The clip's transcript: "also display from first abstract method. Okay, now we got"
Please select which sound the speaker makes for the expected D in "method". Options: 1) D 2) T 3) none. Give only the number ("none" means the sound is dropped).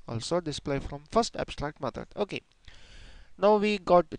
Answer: 3